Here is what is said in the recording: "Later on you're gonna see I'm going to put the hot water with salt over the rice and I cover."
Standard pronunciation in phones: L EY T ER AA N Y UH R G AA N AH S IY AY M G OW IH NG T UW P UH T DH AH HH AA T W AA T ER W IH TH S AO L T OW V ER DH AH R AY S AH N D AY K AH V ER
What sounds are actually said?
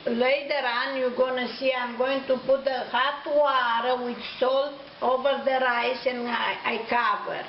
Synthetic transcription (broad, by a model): L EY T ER AA N Y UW G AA N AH S IY AY M G OW IH NG T UW P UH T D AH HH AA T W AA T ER W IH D S AO L T OW V ER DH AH R AY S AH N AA AY K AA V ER